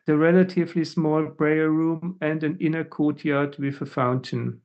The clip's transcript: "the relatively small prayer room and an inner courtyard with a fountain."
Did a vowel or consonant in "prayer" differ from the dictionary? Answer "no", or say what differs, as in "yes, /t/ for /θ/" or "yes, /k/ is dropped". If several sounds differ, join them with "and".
yes, /b/ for /p/